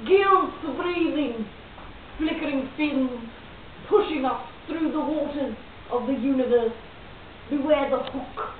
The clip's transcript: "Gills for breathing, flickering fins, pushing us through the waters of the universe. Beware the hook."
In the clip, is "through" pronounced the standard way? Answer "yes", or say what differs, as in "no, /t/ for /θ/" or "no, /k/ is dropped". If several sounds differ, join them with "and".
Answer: yes